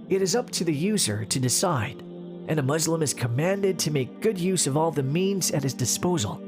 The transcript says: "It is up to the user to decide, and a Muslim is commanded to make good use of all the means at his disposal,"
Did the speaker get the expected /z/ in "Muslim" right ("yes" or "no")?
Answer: yes